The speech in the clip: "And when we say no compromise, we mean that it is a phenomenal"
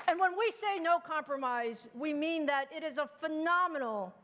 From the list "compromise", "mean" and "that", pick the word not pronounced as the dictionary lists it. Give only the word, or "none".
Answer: none